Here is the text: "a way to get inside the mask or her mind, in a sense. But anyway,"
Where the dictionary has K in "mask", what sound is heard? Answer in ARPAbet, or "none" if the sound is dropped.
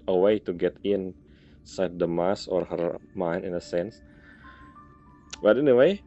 none